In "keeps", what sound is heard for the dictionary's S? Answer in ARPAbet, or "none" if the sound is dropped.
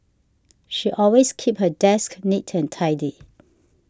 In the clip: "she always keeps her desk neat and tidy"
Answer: none